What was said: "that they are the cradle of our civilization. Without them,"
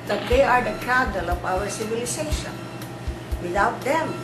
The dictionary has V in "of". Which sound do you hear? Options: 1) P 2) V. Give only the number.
1